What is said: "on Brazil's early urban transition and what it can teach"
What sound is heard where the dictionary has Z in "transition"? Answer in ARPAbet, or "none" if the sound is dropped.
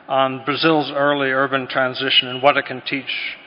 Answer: Z